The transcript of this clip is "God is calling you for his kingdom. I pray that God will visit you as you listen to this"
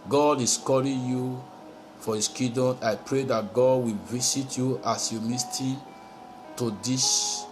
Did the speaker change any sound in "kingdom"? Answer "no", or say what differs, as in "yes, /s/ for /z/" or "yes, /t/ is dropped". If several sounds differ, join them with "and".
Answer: yes, /ŋ/ is dropped